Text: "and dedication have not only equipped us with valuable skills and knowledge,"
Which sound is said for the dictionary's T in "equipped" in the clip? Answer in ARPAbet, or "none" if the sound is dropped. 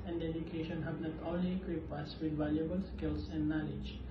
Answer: none